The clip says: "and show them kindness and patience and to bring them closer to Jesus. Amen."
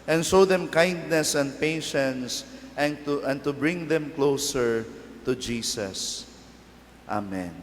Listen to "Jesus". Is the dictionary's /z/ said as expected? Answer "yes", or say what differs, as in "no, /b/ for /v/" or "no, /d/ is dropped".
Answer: no, /s/ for /z/